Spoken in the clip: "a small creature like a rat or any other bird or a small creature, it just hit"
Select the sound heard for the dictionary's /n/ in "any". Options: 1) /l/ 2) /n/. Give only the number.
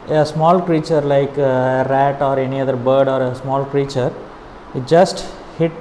2